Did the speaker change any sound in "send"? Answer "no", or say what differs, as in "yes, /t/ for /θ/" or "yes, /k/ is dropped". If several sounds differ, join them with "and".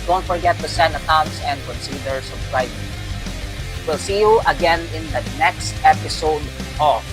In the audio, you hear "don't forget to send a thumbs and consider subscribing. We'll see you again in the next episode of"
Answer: yes, /d/ is dropped